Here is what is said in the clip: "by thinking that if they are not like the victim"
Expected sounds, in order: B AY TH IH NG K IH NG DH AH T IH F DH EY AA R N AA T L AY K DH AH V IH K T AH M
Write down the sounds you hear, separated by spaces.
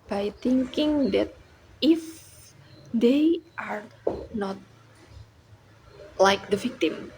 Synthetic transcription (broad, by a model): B AY T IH NG K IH NG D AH T IH F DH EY AA R N AA T L AY K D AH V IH K T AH M